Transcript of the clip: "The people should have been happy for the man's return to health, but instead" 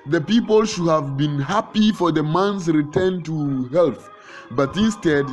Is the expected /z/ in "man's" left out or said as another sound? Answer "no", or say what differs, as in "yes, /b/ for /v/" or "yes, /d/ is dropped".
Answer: yes, /s/ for /z/